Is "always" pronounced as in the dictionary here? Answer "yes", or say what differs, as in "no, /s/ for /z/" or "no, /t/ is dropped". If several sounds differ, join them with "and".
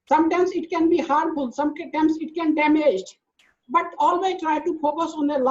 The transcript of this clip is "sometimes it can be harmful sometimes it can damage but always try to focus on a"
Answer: no, /z/ is dropped